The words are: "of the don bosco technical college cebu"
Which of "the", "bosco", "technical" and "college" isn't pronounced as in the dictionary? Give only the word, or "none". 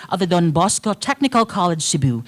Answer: none